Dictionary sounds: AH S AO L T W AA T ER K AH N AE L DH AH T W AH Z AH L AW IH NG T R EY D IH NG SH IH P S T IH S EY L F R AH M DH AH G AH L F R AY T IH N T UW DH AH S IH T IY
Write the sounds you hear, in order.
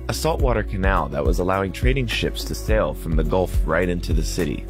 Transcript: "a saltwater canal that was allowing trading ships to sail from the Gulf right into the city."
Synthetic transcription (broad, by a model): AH S AO L T W AA T ER K AH N AE L DH AH T W AH Z AH L AW IH NG T R EY D IH NG SH IH P S T IH S EY L F R AH M DH AH G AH L F R AY T IH N T UW DH AH S IH T IY